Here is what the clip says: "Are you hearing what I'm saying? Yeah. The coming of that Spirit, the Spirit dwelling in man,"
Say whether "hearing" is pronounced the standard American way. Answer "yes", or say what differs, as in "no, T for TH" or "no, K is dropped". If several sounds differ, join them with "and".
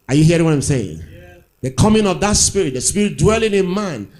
no, R is dropped